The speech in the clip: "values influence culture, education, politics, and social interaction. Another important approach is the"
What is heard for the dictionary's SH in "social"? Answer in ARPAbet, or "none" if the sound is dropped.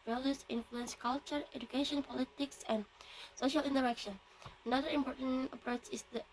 SH